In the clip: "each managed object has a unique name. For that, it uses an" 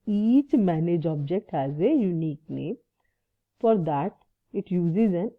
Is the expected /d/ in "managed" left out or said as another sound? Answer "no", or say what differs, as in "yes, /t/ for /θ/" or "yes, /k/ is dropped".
yes, /d/ is dropped